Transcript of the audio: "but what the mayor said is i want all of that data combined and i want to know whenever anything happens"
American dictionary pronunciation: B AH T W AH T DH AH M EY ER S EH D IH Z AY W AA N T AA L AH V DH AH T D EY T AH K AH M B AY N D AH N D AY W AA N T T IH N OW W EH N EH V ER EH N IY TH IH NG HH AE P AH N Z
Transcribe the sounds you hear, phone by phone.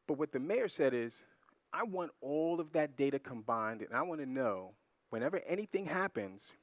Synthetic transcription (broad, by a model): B AH T W AH T DH AH M EY ER S EH D IH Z AY W AA N T AA L AH V DH AH T D EY T AH K AH M B AY N D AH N AY W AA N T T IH N OW W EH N EH V ER EH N IY TH IH NG HH AE P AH N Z